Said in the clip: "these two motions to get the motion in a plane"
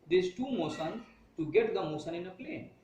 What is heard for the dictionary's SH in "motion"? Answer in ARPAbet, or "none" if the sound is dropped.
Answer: S